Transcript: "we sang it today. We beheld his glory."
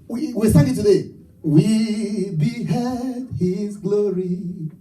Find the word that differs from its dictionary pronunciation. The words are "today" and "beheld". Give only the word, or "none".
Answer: beheld